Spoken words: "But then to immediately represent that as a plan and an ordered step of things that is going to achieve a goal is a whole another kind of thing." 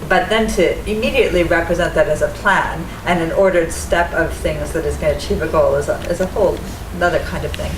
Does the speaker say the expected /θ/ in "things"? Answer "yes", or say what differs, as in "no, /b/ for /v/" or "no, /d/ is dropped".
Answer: yes